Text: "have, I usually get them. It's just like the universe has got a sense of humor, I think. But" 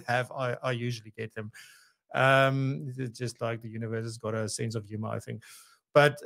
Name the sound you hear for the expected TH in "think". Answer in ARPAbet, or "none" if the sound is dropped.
TH